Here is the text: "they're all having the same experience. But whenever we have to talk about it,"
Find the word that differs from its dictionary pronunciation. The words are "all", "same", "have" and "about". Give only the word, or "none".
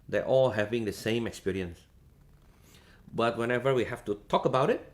have